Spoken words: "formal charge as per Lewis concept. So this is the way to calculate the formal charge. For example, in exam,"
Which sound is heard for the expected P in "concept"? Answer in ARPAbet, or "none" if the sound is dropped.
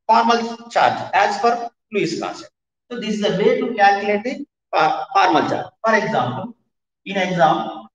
none